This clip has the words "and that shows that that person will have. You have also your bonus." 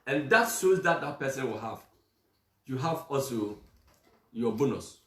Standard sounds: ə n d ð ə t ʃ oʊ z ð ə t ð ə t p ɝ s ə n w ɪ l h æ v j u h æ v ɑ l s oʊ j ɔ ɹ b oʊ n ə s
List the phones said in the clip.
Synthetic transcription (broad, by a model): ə n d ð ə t s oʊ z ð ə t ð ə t p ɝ s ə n w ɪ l h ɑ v j u h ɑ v ɑ l s oʊ j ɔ b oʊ n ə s